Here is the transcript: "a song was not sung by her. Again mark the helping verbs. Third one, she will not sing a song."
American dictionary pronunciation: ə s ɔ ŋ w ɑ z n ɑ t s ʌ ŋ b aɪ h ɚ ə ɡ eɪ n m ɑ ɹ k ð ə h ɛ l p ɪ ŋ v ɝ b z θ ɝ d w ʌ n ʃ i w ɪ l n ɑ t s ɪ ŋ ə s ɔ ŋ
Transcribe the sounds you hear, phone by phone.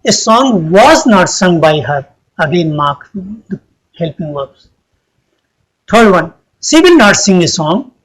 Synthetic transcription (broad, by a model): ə s ɔ ŋ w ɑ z n ɑ t s ʌ ŋ b aɪ h ɚ ə ɡ eɪ n m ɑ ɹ k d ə h ɛ l p ɪ ŋ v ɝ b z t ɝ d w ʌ n s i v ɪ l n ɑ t s ɪ ŋ ə s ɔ ŋ